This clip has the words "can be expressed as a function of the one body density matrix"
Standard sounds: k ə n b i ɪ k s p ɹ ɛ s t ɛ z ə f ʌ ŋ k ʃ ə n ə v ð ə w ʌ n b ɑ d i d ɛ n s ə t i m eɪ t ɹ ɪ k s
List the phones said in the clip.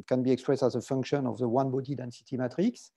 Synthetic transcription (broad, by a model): k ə n b i ɪ k s p ɹ ɛ s t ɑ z ə f ʌ ŋ k ʃ ə n ə v ð ə w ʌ n b ɑ d i d ɛ n s ə t i m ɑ t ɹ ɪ k s